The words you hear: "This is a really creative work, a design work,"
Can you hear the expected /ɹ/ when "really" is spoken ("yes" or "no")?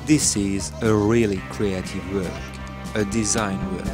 yes